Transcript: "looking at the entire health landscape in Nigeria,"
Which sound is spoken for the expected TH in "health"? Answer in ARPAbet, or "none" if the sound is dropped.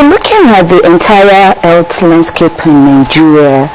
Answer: T